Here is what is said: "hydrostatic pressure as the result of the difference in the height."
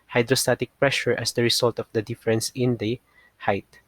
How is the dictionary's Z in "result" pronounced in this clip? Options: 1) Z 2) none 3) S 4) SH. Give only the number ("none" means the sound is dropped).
3